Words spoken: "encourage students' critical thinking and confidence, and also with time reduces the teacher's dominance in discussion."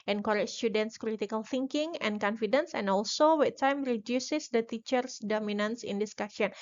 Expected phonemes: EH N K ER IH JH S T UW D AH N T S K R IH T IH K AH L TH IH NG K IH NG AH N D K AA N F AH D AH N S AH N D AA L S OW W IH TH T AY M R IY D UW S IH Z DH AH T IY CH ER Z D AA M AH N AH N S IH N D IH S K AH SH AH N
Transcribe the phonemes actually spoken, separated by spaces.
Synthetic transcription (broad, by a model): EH N K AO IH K S T UW D AH N T S K R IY T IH K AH L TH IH NG K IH NG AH N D K AA N F AH D AH N S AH N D AA L S OW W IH T AY M R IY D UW S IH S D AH T IY CH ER S D AA M AH N AH N S IH N D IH S K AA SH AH N